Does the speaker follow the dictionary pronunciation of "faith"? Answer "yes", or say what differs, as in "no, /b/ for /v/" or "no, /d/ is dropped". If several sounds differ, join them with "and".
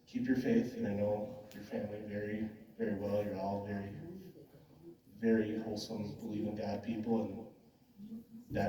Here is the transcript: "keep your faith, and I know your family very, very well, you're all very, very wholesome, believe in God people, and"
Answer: yes